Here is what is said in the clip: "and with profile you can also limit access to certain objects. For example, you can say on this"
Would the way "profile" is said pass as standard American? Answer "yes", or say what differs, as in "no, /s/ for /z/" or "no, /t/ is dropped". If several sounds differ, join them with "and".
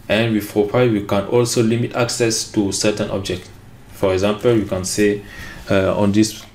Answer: no, /p/ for /f/